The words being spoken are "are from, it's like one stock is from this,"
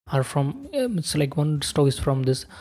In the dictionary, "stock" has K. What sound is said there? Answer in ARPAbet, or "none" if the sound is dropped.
none